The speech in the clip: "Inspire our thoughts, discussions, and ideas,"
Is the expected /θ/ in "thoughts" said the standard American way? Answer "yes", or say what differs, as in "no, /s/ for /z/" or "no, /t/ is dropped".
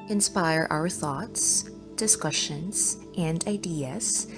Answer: yes